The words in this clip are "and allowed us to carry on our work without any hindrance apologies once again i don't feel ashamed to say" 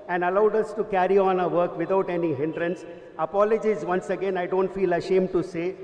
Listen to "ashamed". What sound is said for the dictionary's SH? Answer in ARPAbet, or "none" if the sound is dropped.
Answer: SH